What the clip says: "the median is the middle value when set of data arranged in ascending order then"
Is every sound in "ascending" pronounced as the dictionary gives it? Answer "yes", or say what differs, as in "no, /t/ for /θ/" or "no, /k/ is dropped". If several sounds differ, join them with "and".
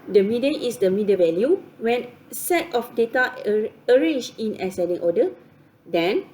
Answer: no, /n/ is dropped